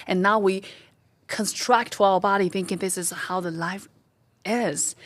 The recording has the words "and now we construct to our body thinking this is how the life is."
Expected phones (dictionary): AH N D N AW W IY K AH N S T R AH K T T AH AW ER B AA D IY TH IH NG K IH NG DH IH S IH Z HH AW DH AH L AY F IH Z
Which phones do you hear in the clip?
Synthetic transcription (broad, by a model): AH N N AW W IY K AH N S T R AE K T T AH AW ER B AA D IY TH IH NG K IH NG DH IH S IH Z HH AW DH AH L AY F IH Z